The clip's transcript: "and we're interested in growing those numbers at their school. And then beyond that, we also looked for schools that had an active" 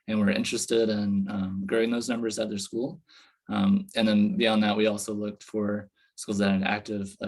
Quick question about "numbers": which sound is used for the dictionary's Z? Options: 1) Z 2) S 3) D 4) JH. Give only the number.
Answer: 1